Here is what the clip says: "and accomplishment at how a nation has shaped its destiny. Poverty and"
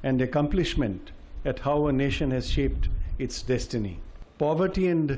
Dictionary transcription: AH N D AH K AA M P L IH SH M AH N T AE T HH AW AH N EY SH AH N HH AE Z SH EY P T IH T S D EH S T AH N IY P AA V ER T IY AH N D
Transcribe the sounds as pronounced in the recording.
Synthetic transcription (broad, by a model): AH N D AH K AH M P L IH SH M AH N T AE T HH AW AH N EY SH AH N HH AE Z SH EY P T IH T S D EH S T AH N IY P AA V ER T IY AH N D